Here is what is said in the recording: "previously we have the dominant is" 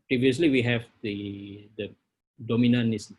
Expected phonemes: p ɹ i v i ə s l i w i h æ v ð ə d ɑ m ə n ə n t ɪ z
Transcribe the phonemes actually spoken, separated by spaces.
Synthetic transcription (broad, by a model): p ɹ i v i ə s l i w i h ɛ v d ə d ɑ m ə n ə n ɪ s